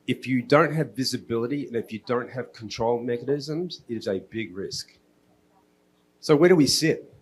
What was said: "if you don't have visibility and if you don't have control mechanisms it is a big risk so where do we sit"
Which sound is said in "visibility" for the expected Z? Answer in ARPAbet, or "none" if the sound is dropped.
Z